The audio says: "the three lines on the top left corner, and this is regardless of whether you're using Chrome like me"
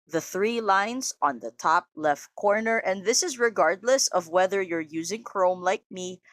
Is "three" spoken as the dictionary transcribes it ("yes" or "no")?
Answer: yes